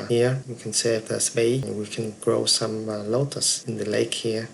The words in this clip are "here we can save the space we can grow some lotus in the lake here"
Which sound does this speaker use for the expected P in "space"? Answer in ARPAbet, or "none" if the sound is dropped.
B